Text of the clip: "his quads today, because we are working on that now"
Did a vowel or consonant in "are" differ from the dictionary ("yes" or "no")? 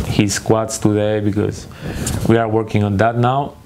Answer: no